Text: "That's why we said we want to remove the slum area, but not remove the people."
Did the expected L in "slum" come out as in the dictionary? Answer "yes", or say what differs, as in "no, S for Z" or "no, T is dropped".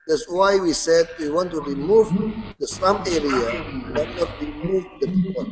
no, L is dropped